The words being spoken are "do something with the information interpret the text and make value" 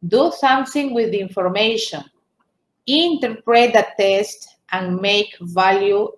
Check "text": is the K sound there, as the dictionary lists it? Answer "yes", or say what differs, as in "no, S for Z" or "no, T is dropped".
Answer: no, K is dropped